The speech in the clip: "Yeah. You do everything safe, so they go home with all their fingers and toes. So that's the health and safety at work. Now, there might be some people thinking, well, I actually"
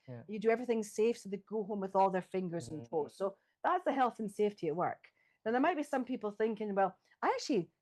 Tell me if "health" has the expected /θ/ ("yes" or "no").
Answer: yes